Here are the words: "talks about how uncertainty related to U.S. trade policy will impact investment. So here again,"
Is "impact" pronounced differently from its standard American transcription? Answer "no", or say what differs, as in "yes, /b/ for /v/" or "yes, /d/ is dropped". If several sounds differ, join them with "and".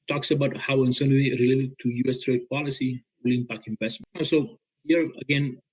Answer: yes, /t/ is dropped